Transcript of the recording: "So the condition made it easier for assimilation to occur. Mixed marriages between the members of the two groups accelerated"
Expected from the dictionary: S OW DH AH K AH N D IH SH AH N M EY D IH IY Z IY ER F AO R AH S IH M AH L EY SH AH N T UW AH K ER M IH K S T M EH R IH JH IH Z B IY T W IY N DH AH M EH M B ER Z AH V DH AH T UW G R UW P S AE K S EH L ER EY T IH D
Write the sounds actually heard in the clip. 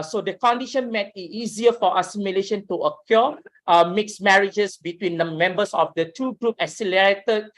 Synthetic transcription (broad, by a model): S OW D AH K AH N D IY SH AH N M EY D IH IY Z IY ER F AO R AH S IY M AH L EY SH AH N T UW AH K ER M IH K S M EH R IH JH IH S B IY T W IY N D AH M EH M B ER S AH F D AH T UW G R UW P AE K S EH L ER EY T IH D